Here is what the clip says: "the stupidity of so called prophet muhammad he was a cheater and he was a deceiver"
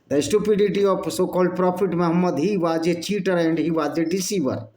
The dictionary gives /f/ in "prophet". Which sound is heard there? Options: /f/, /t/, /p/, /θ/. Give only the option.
/p/